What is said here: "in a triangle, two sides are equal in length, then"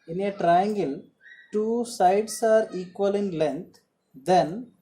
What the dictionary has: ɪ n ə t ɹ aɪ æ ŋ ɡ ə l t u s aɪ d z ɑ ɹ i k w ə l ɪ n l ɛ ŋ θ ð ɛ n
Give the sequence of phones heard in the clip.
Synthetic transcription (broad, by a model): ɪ n ə t ɹ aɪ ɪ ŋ ɡ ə l t u s aɪ d s ɑ ɹ i k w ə l ɪ n l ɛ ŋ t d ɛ n